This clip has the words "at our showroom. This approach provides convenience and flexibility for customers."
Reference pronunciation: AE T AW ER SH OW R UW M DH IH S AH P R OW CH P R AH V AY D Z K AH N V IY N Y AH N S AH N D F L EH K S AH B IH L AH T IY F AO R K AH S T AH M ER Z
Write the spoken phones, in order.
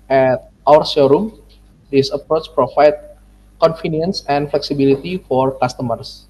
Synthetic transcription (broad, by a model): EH T AW ER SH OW R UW M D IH S AH P R OW CH P R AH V AY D K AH N F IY N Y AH N S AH N F L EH K S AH B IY L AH T IY F AO R K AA S T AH M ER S